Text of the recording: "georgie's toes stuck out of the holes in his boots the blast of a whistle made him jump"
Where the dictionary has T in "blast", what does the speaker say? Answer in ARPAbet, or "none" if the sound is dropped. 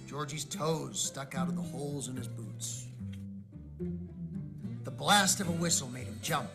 T